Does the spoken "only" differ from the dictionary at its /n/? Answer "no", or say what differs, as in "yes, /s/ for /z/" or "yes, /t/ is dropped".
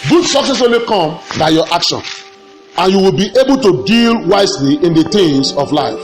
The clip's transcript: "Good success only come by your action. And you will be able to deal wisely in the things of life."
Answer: yes, /n/ is dropped